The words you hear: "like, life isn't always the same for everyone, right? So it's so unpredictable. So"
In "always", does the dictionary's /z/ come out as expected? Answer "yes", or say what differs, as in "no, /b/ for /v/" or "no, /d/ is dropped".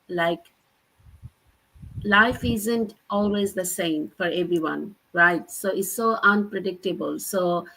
yes